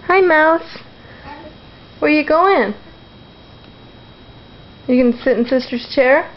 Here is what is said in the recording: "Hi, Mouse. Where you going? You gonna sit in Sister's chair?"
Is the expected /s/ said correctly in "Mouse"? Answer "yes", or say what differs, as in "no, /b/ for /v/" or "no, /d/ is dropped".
yes